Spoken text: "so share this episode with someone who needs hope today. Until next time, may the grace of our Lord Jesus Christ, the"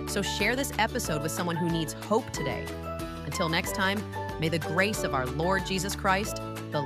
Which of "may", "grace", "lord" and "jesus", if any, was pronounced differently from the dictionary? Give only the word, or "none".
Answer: none